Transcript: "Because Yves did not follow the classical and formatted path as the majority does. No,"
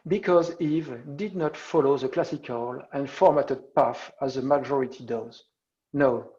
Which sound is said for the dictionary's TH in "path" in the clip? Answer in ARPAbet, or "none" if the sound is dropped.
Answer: F